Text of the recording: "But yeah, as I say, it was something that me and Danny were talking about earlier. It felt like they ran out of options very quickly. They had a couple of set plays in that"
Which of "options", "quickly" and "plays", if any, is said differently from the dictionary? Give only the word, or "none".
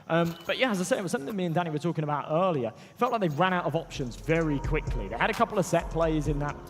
none